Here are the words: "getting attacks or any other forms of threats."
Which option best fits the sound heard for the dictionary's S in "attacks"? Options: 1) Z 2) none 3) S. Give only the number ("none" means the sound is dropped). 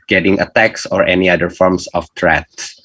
3